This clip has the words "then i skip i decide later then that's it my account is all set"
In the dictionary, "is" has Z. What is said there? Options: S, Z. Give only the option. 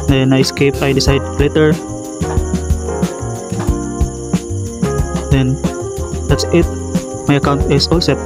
S